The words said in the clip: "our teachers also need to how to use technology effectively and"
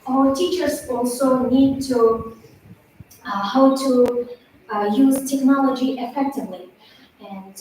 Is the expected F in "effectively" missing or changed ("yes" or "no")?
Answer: no